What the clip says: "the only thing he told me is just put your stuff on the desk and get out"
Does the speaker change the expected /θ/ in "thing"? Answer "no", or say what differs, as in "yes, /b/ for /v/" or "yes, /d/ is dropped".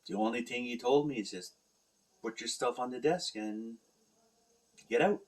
no